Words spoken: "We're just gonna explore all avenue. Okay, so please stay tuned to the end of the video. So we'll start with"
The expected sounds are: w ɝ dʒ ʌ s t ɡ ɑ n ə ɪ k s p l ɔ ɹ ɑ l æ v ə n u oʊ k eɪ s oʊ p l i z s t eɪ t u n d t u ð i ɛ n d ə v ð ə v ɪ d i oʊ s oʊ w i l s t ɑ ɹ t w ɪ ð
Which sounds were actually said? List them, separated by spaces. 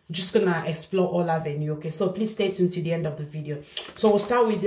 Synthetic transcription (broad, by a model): dʒ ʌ s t ɡ ɑ n ə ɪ k s p l ɔ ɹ ɑ l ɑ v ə n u oʊ k eɪ s oʊ p l i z s t eɪ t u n t u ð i ɛ n d ə v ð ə v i d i oʊ s oʊ w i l s t ɑ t w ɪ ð